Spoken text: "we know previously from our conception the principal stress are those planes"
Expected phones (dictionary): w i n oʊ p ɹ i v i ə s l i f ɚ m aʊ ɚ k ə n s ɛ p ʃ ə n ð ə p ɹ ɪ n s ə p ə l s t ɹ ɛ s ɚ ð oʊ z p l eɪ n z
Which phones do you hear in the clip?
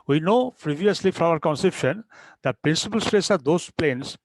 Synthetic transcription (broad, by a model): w i n oʊ p ɹ i v i ə s l i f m aʊ ɚ k ə n s ɛ p ʃ ə n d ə p ɹ ɪ n s ə p ə l s t ɹ ɛ s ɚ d oʊ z p l eɪ n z